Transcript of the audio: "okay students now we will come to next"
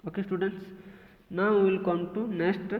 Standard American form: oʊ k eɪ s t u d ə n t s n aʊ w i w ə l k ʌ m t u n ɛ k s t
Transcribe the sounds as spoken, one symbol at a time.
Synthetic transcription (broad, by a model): oʊ k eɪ s t u d ə n t s n aʊ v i l k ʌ m t u n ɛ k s t